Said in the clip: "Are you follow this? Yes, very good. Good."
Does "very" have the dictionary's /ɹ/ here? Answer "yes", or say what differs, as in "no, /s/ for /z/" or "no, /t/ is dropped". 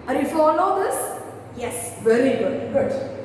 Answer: no, /l/ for /ɹ/